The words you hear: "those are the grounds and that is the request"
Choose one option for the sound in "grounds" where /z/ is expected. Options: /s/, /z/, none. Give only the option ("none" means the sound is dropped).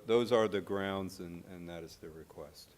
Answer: /z/